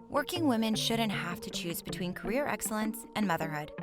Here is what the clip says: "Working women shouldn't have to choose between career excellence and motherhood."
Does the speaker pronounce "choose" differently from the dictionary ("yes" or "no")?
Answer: no